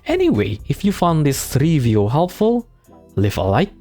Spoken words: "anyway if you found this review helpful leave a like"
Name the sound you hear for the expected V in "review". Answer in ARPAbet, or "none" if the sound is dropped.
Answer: V